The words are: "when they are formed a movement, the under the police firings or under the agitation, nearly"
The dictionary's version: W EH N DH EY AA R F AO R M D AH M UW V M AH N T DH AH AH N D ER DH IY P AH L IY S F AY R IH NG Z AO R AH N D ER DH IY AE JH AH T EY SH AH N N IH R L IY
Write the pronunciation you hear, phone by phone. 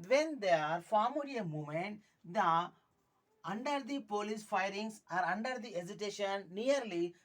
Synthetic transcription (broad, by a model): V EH N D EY AA R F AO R M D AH M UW M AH N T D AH AH N D ER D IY P AH L IY S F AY R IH NG S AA R AH N D ER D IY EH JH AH T EY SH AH N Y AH R L IY